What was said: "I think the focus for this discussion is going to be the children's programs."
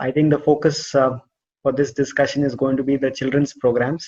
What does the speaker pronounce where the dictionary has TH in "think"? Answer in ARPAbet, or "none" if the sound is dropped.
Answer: T